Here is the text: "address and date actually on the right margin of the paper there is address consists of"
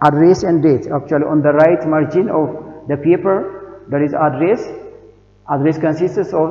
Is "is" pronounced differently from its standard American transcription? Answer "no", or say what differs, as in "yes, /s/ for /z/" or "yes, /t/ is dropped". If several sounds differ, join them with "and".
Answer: yes, /s/ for /z/